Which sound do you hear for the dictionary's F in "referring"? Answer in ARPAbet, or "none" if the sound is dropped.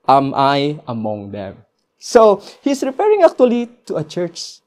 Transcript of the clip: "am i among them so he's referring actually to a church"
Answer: P